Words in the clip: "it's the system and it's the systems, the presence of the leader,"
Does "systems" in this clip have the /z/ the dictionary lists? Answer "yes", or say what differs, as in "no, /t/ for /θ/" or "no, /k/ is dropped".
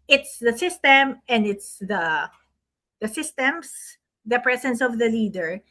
no, /s/ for /z/